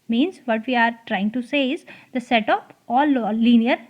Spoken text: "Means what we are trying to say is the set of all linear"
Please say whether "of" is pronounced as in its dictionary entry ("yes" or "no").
no